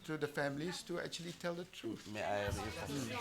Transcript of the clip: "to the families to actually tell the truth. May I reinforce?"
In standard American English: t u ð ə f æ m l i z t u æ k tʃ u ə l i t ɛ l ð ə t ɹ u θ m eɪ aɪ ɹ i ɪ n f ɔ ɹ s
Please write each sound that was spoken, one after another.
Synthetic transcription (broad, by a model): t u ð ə f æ m l i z t u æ k tʃ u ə l i t ɛ l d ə t ɹ u θ m eɪ aɪ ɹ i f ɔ